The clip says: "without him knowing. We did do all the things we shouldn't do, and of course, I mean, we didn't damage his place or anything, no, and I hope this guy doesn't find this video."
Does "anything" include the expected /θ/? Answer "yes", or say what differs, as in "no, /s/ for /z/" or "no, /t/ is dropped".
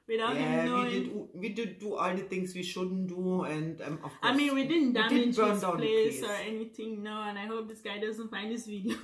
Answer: no, /t/ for /θ/